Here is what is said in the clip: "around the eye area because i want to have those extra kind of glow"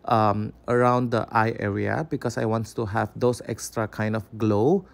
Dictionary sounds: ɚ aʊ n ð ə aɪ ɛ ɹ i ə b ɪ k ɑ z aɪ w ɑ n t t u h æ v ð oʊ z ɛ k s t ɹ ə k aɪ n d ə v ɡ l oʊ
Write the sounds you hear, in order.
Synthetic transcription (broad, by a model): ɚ aʊ n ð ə aɪ ɛ ɹ i ə b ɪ k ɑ s aɪ w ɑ n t t u h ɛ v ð oʊ s ɛ k s t ɹ ə k aɪ n d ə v ɡ l oʊ